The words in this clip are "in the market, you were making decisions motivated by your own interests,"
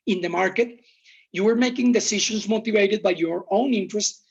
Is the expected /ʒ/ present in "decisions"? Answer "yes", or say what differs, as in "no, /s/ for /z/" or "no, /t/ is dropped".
no, /ʃ/ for /ʒ/